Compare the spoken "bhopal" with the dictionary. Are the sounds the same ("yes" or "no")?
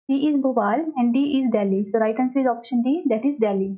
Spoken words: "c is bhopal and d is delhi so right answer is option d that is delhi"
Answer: no